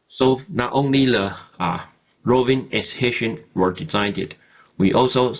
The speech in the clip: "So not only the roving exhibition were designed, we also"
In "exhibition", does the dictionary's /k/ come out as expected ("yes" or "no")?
no